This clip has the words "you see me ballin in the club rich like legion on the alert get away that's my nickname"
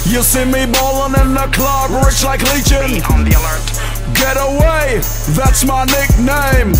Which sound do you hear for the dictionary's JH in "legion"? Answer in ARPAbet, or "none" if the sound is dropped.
CH